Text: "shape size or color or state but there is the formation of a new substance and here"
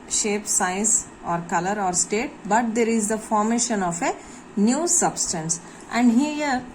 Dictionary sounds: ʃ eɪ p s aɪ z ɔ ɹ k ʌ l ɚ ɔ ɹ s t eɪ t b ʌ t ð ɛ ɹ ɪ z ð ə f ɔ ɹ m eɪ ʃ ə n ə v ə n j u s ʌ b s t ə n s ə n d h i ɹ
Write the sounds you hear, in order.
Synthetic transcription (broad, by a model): ʃ eɪ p s aɪ s ɔ ɹ k ʌ l ɚ ɔ ɹ s t eɪ t b ʌ t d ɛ ɹ ɪ z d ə f ɔ ɹ m eɪ ʃ ə n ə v ə n j u s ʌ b s t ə n s ə n d h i ɹ